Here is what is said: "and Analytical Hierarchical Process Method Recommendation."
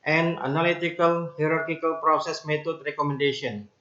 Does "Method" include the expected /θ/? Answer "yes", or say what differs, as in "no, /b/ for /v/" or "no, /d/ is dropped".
no, /t/ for /θ/